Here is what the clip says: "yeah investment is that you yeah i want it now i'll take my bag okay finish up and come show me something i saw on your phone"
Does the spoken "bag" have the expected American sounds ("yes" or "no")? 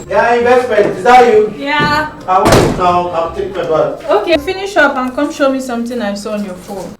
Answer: no